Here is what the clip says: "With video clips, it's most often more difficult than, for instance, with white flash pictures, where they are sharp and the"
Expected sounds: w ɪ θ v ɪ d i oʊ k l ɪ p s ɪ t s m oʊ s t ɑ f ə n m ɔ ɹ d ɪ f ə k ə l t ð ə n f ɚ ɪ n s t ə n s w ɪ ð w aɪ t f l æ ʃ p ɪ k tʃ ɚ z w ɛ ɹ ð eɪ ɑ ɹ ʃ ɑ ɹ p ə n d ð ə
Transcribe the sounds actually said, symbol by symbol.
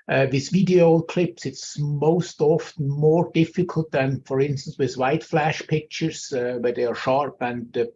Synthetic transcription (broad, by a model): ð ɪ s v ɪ d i oʊ k l ɪ p s ɪ t s m oʊ s t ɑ f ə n m ɔ ɹ d ɪ f ə k ə l t ð ə n f ɚ ɪ n s t ə n s w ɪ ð w aɪ t f l æ ʃ p ɪ k tʃ ɚ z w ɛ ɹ ð eɪ ɑ ɹ ʃ ɑ ɹ p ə n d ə